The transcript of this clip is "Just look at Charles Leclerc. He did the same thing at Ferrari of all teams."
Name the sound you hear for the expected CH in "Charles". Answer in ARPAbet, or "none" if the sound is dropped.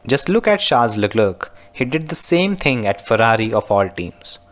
SH